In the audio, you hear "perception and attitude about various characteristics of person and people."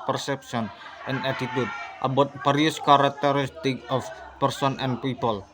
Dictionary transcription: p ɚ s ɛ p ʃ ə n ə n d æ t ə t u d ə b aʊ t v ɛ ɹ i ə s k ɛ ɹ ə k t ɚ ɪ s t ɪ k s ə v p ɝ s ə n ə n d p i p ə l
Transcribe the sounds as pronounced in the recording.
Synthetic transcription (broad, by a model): p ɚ s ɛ p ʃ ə n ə n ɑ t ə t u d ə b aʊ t b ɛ ɹ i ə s k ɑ ɹ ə k t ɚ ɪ s t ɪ k ə f p ɝ s ə n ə n p i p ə l